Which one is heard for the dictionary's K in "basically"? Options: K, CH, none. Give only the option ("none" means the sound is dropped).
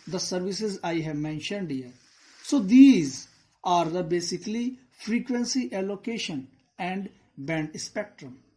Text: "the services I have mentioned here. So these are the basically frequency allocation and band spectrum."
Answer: K